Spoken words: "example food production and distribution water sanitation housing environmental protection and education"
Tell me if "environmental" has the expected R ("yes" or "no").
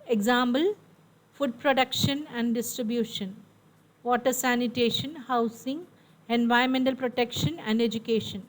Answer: no